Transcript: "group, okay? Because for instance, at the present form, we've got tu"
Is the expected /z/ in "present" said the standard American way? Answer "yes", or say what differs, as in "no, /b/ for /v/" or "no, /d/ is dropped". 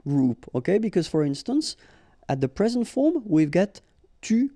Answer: yes